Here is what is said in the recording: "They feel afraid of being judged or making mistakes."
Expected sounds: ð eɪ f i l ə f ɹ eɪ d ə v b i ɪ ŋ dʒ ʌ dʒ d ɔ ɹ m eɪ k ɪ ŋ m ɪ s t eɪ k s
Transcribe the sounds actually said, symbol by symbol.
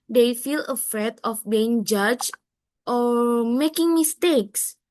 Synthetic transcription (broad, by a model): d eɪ f i l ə f ɹ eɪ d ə f b i ɪ ŋ dʒ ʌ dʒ ɔ ɹ m eɪ k ɪ ŋ m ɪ s t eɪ k s